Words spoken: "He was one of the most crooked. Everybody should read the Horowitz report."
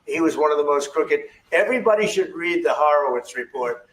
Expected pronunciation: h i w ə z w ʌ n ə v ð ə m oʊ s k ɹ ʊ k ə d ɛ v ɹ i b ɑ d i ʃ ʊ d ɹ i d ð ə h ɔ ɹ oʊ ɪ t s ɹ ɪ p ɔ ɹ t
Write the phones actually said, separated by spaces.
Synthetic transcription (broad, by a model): h i w ə z w ʌ n ə v ð ə m oʊ s k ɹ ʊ k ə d ɛ v ɹ i b ɑ d i ʃ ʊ d ɹ i d ð ə h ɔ ɹ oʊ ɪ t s ɹ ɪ p ɔ ɹ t